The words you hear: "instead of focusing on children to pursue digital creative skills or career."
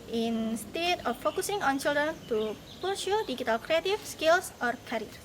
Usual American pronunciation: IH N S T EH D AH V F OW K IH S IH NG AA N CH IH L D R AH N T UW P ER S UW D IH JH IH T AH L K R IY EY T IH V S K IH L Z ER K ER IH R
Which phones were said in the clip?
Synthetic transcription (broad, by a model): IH N S T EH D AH F OW K IH S IH NG AA N CH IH L D R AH N T UW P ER SH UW D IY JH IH T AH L K R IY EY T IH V S K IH L S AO K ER R